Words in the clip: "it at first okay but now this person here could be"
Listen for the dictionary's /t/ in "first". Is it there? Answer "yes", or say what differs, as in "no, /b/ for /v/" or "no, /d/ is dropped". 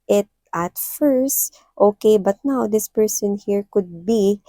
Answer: yes